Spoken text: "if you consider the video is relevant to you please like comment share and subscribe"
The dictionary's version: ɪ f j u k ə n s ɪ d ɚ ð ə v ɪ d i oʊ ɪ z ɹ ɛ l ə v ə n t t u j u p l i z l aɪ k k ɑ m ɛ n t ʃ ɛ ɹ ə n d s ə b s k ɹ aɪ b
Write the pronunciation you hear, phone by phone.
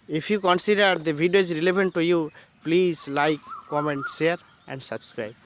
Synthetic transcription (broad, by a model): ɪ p j u k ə n s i d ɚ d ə b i d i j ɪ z ɹ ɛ l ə b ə n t t u j u p l i z l aɪ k k ɑ m ɛ n t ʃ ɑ ɹ ə n d s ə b s k ɹ aɪ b